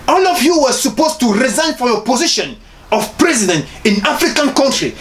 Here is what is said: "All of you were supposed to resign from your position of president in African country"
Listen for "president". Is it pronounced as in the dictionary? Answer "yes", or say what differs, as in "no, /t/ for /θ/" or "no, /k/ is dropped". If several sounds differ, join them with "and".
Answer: yes